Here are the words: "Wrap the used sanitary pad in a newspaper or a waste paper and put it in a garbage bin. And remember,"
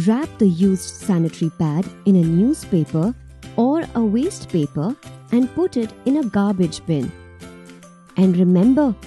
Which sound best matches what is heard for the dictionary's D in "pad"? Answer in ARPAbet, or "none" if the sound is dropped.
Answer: D